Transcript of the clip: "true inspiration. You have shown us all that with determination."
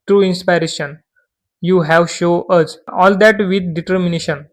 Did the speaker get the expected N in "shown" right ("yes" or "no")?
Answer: no